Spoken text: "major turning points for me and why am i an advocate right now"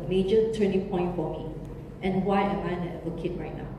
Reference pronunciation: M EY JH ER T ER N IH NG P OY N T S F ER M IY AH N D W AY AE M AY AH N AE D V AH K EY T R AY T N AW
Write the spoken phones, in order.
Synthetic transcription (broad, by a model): M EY JH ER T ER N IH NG P OY N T F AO M IY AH N W AY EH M AY AH N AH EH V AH K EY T R AY T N AW